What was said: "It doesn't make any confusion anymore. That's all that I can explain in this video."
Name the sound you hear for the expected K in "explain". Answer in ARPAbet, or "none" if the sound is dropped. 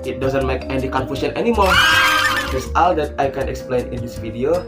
K